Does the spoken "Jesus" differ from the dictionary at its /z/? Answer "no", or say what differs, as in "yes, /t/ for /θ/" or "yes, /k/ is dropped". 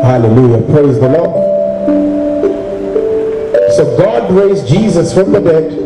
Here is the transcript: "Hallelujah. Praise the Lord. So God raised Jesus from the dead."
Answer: no